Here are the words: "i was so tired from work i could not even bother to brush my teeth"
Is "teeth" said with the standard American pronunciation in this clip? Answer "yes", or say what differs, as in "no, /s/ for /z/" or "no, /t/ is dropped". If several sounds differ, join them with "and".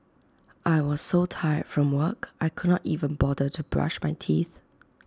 yes